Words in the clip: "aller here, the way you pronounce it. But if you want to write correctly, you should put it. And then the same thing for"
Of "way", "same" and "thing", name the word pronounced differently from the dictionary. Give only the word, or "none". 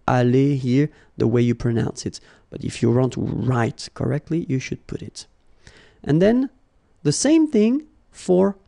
none